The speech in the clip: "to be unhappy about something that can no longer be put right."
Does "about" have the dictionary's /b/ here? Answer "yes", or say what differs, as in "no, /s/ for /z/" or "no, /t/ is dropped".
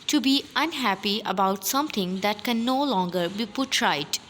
yes